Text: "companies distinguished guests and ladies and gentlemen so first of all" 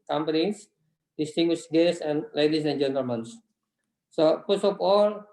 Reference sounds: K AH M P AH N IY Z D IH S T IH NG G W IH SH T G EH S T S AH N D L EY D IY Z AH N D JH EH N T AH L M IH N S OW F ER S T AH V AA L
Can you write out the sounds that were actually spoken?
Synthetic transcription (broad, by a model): K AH M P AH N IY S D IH S T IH NG G W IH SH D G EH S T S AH N L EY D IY S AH N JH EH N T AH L M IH N S OW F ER S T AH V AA L